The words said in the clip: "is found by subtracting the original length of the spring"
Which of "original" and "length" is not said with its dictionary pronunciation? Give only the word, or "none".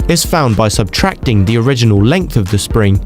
none